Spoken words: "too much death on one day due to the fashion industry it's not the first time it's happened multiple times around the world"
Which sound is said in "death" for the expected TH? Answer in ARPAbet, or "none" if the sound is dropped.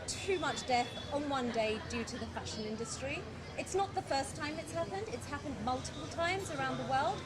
TH